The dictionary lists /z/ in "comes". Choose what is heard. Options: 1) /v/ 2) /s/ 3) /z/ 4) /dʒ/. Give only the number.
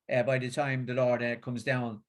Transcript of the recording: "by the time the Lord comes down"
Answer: 3